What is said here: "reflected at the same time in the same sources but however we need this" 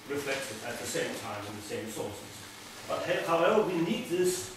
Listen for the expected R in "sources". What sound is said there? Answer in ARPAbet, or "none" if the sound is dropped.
L